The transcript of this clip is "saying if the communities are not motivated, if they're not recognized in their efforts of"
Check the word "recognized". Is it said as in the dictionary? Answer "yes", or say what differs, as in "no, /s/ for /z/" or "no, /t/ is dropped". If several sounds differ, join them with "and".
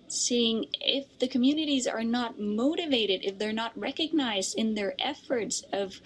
yes